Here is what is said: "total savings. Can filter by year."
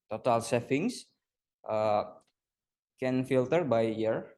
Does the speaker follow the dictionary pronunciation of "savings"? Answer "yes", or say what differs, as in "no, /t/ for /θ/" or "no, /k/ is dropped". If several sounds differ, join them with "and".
no, /f/ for /v/